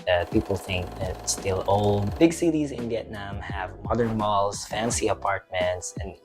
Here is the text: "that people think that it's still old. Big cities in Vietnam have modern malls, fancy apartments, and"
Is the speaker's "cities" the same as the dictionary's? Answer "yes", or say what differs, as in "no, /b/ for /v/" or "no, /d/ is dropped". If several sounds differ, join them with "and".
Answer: yes